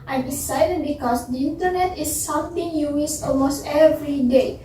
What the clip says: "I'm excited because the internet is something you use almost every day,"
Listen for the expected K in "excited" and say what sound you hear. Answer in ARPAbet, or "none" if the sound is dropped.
none